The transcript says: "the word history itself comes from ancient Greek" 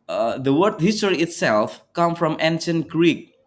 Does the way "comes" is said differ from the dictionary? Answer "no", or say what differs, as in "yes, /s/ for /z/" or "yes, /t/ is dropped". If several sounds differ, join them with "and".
yes, /z/ is dropped